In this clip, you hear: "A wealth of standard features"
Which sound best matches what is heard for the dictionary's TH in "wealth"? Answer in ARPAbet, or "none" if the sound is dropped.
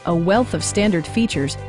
TH